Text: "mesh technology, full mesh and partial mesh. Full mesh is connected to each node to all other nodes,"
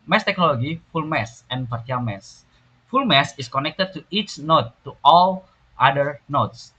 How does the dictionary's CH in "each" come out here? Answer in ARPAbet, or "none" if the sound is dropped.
CH